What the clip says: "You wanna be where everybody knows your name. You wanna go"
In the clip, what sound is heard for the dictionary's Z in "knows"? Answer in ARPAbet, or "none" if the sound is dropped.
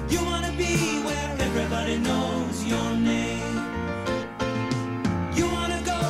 Z